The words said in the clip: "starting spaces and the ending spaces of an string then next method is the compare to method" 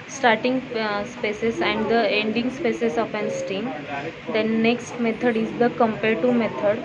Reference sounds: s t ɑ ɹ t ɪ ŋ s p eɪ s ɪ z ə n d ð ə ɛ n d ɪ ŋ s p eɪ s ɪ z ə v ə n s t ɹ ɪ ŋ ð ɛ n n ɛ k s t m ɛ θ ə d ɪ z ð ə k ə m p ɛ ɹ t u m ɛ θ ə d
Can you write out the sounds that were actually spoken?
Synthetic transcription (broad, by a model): s t ɑ ɹ t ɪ ŋ s p eɪ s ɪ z ə n d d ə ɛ n d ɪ ŋ s p eɪ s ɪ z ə f ə n s t i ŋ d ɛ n n ɛ k s t m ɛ t ə d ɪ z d ə k ə m p ɛ ɹ t u m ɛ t ə d